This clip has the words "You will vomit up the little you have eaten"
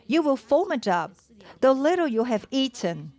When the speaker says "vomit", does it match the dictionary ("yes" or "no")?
no